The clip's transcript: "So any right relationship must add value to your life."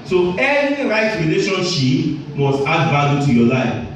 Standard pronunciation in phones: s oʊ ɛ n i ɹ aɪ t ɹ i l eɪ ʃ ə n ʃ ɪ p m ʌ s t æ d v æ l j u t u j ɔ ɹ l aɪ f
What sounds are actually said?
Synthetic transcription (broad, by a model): s oʊ ɛ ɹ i ɹ aɪ t ɹ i l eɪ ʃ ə n ʃ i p m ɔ s t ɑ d b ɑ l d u t u j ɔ l aɪ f